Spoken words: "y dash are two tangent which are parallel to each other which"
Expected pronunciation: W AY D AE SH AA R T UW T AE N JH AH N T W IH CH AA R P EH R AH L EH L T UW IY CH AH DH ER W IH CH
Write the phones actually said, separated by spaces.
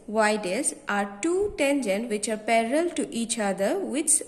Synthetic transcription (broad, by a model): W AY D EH S AA R T UW T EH N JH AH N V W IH CH AA R P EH R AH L L T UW IY CH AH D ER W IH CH